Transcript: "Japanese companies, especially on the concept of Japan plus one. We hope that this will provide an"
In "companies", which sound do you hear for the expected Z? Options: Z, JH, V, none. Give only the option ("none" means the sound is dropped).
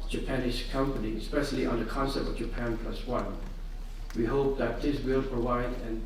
none